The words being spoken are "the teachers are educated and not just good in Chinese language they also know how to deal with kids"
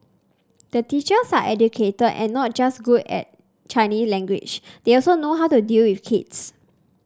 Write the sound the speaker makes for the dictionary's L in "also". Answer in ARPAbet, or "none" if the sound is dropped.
L